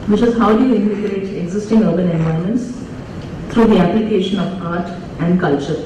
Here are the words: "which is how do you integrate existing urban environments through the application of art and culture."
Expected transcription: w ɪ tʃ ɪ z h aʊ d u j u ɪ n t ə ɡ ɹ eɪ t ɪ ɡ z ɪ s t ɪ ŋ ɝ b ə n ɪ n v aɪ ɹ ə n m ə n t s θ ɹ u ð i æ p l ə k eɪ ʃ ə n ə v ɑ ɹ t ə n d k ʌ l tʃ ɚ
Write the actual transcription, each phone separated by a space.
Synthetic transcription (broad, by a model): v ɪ tʃ ɪ z h aʊ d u j u ɪ n t ə ɡ ɹ eɪ t ɪ ɡ z ɪ s t ɪ ŋ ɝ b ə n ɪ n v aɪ ə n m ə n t s t ɹ u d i æ p l ə k eɪ ʃ ə n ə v ɑ ɹ t ə n d k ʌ l tʃ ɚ